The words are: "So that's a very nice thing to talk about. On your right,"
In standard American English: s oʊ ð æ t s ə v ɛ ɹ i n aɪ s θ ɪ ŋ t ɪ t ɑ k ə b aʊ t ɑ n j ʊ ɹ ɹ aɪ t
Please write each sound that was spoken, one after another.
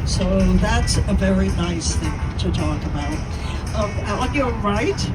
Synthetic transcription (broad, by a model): s oʊ ð æ t s ə v ɛ ɹ i n aɪ s θ ɪ ŋ t ɪ t ɑ k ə b aʊ t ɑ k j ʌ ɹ ɹ aɪ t